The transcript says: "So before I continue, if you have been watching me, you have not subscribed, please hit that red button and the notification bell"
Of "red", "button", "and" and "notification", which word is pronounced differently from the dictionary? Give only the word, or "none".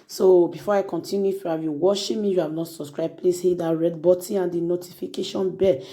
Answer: button